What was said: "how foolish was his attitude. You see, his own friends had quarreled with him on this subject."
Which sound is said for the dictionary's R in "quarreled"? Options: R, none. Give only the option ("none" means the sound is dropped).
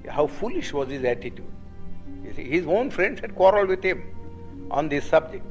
R